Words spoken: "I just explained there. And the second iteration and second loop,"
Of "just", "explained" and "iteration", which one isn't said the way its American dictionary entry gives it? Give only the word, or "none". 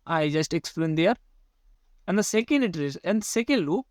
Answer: iteration